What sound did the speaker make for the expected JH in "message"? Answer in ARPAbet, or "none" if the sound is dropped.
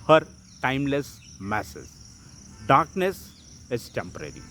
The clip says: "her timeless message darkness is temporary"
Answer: Z